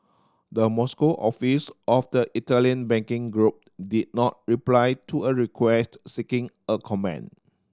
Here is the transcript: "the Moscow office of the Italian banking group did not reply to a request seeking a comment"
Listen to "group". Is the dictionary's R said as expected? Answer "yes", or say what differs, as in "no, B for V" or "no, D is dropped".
yes